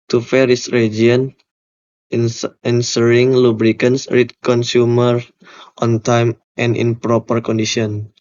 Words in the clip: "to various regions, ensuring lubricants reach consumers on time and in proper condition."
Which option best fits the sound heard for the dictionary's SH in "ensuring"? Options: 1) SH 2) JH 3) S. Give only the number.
3